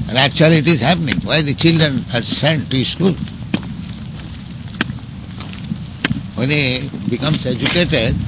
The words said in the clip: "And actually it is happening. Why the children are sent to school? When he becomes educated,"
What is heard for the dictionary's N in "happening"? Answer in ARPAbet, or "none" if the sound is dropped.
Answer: N